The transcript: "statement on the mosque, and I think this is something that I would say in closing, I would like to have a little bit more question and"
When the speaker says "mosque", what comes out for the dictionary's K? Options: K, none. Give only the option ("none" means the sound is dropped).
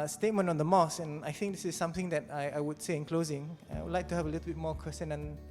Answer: none